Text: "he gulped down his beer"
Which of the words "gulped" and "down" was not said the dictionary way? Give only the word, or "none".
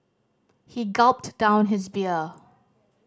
none